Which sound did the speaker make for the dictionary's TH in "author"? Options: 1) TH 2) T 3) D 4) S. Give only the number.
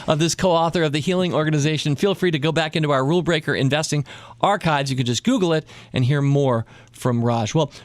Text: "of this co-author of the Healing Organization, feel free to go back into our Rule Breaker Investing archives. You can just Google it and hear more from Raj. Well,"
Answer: 1